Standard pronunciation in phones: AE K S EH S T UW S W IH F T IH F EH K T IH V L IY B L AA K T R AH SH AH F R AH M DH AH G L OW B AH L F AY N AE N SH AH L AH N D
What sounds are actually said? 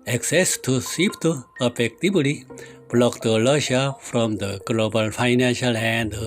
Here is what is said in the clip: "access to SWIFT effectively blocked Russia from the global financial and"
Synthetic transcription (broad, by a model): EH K S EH S T UW S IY P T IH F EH K T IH B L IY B L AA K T L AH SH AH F R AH M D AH G L OW B AH L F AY N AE N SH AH L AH N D